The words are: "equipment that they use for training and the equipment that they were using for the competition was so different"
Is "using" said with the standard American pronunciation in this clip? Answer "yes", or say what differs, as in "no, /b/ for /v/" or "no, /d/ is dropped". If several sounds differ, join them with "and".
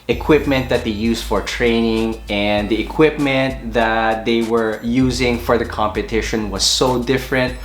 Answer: yes